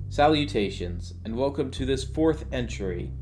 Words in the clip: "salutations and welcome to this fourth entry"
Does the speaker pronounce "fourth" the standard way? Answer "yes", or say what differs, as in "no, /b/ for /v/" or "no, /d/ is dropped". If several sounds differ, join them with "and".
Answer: yes